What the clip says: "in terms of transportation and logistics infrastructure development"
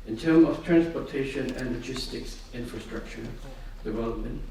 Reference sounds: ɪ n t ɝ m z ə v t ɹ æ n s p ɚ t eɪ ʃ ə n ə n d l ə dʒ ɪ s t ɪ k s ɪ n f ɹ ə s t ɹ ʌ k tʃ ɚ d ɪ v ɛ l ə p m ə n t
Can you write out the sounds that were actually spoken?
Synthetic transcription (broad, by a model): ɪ n t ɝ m ə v t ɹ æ n s p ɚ t eɪ ʃ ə n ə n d l ə dʒ ɪ s t ɪ k s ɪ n f ɹ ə s t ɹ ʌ k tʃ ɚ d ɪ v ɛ l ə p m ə n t